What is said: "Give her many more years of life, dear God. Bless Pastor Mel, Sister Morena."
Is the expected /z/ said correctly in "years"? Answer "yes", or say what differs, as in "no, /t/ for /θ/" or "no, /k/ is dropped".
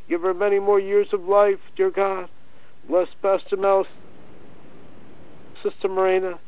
yes